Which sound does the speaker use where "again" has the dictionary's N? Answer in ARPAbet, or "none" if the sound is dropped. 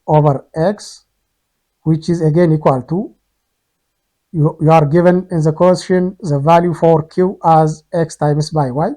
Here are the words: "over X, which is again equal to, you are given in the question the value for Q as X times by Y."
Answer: N